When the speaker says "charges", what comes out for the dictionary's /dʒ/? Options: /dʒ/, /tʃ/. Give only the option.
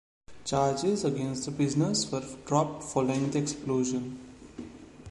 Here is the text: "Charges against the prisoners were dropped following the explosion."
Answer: /dʒ/